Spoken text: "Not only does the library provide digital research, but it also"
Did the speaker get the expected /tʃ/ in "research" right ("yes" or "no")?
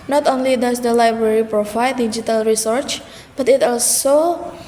yes